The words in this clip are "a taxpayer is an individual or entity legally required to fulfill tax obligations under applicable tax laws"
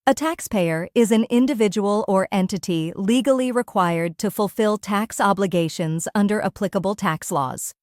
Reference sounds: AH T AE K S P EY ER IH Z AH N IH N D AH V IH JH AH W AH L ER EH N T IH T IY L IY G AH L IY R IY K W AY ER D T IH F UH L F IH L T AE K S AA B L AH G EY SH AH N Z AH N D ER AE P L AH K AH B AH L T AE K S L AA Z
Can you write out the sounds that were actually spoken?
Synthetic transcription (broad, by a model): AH T AE K S P EY ER IH Z AH N IH N D AH V IH JH AH W AH L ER EH N T IH T IY L IY G L IY R IY K W AY ER D T IH F UH L F IH L T AE K S AA B L AH G EY SH AH N Z AH N D ER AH P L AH K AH B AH L T AE K S L AA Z